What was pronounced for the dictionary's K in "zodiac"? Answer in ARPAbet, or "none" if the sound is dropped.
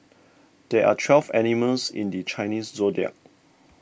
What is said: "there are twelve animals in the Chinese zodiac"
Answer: none